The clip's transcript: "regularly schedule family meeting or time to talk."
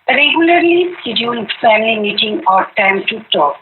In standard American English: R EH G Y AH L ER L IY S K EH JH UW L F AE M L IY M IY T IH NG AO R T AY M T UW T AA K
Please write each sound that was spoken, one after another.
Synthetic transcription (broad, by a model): R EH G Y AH L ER L IY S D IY UW N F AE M L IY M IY T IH NG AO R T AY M T UW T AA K